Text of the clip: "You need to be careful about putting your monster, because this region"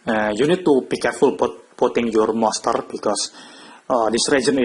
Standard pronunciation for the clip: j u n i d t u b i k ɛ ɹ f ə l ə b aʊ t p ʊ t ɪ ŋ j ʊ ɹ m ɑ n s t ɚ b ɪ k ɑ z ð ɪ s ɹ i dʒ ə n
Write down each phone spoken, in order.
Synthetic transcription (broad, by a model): j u n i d t u b i k ɛ ɹ f ə l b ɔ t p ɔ t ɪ ŋ j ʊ ɹ m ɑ s t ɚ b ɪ k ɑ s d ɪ s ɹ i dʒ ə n